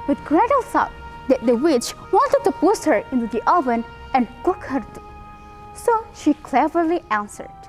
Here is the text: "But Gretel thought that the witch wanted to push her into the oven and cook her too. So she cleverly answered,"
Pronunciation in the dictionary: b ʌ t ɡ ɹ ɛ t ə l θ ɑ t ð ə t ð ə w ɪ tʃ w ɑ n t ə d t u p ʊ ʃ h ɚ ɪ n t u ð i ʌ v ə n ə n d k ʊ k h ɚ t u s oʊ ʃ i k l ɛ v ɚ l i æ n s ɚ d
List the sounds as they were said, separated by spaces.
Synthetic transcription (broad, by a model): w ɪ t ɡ ɹ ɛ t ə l s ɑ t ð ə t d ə w ɪ tʃ w ɑ n t ə d t u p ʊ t h ɚ ɪ n t u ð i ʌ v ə n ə n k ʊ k h ɚ t u s oʊ ʃ i k l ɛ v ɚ l i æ n s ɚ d